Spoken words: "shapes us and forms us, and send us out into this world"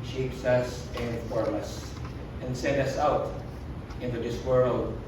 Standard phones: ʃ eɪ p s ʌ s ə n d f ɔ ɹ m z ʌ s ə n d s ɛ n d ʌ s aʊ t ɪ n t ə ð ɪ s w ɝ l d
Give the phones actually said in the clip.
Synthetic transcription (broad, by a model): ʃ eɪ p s ʌ s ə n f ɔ ɹ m ʌ s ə n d s ɛ n d ʌ s aʊ t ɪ n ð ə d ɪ s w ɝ l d